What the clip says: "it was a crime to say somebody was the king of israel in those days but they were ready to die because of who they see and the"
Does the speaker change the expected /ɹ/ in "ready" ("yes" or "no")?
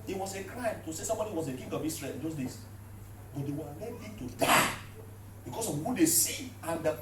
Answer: yes